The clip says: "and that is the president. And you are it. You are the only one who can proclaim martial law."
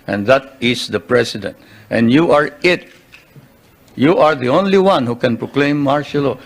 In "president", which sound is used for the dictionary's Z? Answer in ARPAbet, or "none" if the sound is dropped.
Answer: S